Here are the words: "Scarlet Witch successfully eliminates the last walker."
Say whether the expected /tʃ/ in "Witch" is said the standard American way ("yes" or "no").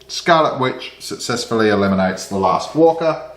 yes